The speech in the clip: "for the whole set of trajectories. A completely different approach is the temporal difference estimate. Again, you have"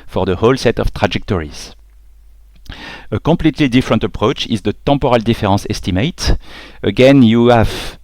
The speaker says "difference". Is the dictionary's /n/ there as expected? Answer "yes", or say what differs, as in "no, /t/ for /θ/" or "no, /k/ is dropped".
no, /n/ is dropped